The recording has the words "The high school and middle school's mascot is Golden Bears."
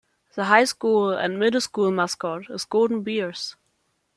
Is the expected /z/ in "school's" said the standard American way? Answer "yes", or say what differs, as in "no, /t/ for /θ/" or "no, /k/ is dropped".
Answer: no, /z/ is dropped